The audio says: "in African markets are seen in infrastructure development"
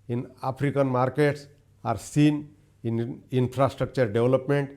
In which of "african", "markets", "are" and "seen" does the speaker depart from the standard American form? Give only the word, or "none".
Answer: african